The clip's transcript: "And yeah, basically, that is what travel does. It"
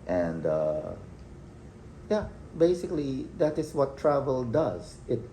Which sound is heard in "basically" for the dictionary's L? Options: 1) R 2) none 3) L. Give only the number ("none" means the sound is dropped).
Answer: 3